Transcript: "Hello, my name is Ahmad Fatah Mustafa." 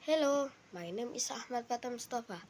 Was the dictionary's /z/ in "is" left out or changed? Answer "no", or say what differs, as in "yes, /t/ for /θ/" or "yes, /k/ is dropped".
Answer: yes, /s/ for /z/